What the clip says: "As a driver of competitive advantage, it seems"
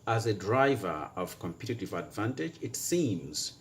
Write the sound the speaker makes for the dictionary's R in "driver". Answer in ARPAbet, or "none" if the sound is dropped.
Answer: R